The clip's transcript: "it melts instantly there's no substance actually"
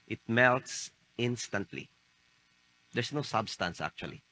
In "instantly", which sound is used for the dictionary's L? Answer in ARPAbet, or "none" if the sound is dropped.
L